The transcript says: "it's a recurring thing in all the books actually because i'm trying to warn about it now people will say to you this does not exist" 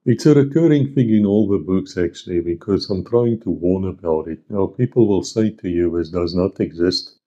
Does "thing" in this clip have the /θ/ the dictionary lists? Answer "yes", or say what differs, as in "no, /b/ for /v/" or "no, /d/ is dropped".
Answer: no, /f/ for /θ/